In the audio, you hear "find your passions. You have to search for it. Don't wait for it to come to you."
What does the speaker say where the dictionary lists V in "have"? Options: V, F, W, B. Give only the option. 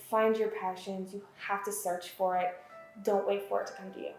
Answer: F